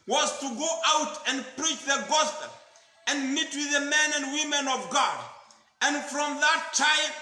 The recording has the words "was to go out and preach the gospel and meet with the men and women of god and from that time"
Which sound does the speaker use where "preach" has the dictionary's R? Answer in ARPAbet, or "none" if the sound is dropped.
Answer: R